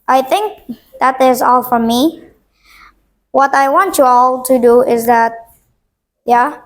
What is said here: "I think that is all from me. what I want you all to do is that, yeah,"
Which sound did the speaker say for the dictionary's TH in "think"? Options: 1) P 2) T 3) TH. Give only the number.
3